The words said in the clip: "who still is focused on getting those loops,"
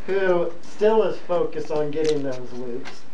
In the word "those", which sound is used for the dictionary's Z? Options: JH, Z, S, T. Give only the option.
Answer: Z